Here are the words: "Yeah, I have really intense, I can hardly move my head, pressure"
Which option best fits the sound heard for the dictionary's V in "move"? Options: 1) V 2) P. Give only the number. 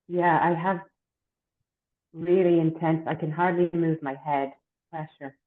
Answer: 1